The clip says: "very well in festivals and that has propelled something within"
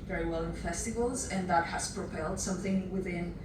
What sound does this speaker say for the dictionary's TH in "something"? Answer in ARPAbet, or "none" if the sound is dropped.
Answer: TH